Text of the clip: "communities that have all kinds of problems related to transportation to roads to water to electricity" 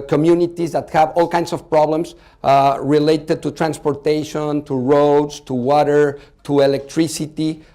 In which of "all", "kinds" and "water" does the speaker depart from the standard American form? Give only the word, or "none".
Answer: kinds